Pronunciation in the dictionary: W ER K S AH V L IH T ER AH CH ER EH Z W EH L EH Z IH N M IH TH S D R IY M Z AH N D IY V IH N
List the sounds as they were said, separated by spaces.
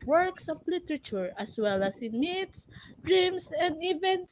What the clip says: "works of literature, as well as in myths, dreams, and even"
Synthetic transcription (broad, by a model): W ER K S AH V L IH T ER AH CH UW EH S W EH L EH S IH N M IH T S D R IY M S AH N D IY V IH N